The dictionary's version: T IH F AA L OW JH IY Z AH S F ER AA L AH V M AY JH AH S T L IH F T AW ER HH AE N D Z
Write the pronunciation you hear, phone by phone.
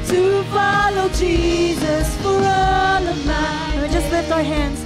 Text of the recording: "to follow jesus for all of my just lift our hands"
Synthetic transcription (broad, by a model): T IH F AA L OW JH IY Z AH S F ER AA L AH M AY JH AH S T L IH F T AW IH HH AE N D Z